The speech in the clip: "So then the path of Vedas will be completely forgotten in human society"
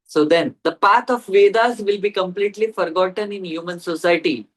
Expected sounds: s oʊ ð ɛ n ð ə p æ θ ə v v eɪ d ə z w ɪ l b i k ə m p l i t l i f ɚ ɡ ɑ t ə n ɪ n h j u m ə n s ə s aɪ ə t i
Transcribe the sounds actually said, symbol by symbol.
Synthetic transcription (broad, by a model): s oʊ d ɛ n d ə p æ t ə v v eɪ d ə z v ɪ l b i k ə m p l i t l i f ɚ ɡ ɑ t ə n ɪ n h j u m ə n s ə s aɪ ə t i